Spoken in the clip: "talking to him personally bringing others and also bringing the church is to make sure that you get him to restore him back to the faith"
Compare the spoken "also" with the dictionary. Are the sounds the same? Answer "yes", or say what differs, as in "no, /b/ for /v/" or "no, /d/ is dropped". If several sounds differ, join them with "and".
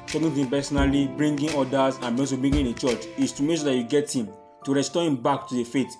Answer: no, /l/ is dropped